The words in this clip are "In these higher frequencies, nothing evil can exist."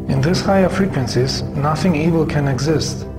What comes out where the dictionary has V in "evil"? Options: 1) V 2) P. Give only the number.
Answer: 1